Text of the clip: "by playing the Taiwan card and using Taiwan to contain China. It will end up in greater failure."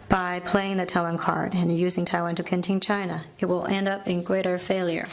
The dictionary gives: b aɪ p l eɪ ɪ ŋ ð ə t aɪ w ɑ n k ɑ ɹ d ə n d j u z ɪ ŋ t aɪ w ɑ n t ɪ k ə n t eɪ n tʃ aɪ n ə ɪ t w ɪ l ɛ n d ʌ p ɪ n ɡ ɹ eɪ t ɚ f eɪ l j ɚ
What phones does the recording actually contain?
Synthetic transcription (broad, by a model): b aɪ p l eɪ ɪ ŋ ð ə t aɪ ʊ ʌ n k ɑ ɹ d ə n j u z ɪ ŋ t aɪ w ɑ n t ɪ k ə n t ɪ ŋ tʃ aɪ n ə ɪ t w ɪ l ɛ n d ʌ p ɪ n ɡ ɹ eɪ t ɚ f eɪ l j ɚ